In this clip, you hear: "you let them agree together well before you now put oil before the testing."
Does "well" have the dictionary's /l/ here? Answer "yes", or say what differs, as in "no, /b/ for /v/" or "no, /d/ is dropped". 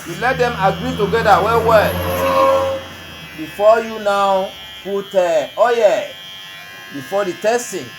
no, /w/ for /l/